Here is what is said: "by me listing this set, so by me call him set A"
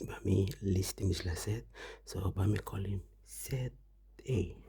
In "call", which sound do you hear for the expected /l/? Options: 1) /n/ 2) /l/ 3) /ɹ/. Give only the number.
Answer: 2